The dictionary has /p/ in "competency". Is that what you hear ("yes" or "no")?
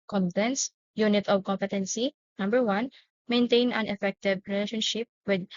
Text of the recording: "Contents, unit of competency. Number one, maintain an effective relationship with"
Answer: yes